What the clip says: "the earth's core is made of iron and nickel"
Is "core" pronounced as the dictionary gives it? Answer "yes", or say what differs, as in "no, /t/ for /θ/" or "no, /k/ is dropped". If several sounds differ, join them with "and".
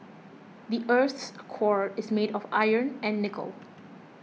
yes